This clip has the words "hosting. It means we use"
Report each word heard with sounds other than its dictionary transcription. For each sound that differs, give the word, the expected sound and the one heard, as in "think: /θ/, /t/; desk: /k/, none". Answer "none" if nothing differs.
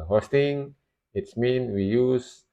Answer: means: /z/, none